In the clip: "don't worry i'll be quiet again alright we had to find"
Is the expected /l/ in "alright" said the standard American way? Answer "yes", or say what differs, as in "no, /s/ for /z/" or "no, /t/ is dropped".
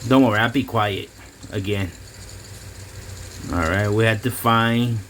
yes